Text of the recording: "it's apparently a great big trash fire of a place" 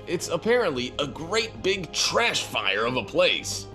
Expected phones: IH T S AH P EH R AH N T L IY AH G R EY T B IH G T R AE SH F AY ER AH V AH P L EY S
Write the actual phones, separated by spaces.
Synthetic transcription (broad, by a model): IH T S AH P EH R AH N T L IY AH G R EY T B IH G T R AE SH F AY ER AH V AH P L EY S